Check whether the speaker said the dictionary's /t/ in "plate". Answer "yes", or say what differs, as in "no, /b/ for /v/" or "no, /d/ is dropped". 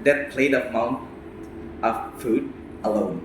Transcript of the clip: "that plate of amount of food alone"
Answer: no, /t/ is dropped